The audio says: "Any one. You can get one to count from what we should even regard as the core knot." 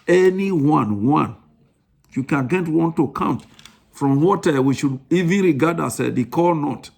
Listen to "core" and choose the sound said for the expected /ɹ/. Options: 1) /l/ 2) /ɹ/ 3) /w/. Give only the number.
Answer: 1